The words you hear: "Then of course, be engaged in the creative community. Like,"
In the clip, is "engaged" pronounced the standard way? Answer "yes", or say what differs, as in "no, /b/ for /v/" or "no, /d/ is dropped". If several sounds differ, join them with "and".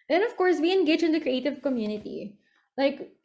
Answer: no, /d/ is dropped